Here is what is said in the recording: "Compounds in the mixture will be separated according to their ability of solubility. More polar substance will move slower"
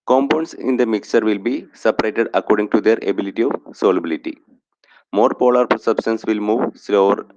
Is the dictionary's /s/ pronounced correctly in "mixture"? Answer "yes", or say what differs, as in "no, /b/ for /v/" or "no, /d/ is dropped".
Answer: yes